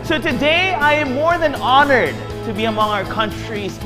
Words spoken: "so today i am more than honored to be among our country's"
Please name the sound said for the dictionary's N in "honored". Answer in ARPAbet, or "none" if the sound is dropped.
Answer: N